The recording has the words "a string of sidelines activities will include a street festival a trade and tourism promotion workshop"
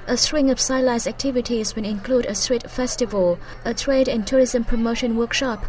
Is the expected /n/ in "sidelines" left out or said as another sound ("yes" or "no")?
yes